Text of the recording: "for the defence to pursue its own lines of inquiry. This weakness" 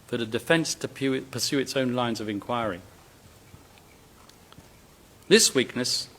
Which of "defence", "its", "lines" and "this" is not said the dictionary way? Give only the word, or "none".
none